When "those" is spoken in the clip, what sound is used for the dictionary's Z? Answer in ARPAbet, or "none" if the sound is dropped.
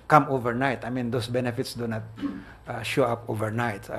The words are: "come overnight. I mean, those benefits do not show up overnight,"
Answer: S